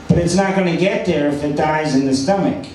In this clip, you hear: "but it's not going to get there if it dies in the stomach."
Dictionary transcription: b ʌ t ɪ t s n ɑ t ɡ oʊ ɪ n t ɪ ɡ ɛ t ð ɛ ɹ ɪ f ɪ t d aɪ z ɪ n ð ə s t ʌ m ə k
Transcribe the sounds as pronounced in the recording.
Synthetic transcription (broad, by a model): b ʌ t ɪ t s n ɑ t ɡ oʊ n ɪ ɡ ɛ t ð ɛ ɹ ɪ f ɪ t d aɪ z ɪ n ð ə s t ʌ m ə k